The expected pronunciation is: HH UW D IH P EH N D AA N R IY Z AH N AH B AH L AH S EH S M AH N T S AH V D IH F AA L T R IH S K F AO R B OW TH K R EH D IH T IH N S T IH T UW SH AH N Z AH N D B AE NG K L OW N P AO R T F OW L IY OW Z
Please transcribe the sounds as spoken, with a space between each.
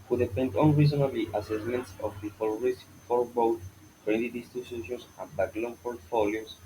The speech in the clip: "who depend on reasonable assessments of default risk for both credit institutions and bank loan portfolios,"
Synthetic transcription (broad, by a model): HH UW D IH F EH N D AA N R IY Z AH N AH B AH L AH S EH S M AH N T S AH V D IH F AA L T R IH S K F AO R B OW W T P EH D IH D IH S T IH S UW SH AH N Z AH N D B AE K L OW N P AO R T F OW L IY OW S